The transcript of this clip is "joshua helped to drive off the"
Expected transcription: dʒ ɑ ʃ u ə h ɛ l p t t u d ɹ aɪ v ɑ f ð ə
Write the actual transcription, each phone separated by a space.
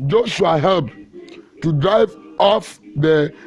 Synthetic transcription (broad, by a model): dʒ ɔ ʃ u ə h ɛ l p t t u d ɹ aɪ v ɑ f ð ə